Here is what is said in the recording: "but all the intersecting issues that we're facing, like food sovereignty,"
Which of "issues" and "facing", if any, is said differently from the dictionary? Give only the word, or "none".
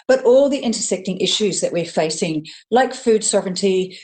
none